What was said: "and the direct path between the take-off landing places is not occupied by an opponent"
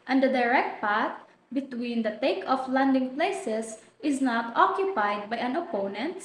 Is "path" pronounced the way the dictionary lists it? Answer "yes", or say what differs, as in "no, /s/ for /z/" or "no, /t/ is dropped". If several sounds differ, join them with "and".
no, /t/ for /θ/